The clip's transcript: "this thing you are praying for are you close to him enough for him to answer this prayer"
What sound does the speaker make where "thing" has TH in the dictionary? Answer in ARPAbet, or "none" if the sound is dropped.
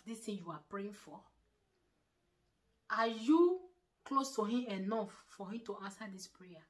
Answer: T